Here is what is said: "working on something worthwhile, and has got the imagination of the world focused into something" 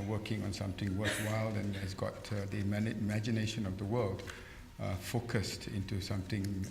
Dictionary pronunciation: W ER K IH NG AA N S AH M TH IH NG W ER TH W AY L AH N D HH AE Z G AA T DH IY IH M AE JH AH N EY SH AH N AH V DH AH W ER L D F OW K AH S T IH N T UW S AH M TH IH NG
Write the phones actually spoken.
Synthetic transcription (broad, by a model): W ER K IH NG AA N S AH M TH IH NG W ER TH W AY L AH N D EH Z G AA T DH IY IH M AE JH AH N EY SH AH N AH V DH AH W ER L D F OW K AH S T IH N T UW S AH M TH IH NG